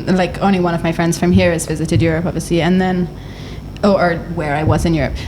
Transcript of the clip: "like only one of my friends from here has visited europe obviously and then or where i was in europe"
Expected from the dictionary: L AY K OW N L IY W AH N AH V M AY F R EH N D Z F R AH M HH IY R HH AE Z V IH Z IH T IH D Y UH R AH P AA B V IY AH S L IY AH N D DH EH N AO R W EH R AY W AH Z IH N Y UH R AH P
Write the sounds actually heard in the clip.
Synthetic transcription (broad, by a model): L AY K OW N L IY W AH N AH V M AY F R EH N D Z F R AH M HH IY R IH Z V IH Z IH T IH D Y UH R AH P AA V IY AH S L IY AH N DH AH N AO R W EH R AY W AH Z IH N Y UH R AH P